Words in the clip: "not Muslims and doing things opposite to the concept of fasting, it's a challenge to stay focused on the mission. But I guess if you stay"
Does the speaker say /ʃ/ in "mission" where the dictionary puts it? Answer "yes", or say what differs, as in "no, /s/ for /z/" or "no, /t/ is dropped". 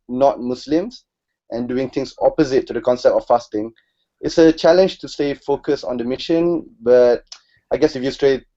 yes